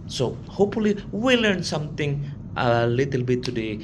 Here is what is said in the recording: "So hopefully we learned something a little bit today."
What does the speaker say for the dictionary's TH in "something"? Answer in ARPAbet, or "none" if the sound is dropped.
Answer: T